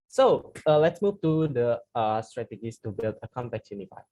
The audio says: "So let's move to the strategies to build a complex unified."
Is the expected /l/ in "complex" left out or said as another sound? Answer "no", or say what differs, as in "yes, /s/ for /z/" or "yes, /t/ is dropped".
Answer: yes, /l/ is dropped